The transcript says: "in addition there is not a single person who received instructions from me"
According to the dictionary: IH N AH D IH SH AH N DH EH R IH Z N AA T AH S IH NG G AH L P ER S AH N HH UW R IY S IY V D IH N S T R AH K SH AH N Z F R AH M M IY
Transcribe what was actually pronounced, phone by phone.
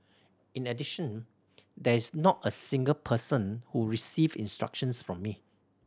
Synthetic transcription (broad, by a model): IH N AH D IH SH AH N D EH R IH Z N AA T AH S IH NG G AH L P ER S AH N HH UW R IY S IY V IH N S T R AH K SH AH N S F R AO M M IY